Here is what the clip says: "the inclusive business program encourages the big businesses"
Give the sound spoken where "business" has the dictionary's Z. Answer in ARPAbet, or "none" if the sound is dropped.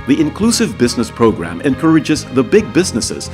Z